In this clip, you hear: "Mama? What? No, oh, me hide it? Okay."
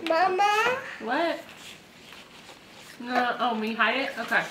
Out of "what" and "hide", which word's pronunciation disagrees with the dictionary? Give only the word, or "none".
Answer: hide